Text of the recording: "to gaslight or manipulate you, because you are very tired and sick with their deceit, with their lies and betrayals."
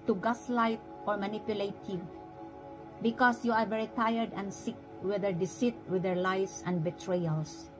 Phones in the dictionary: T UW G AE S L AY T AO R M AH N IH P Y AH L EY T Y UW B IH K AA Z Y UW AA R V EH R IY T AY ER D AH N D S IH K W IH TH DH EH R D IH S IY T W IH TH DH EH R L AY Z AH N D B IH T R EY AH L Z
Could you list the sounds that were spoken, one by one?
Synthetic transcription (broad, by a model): T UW G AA S L AY T AO R M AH N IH P Y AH L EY T Y UW B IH K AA S Y UW AA R V EH R IY T AY ER D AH N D S IH K W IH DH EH R D IH S IY T W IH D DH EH R L AY S AH N D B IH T R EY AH L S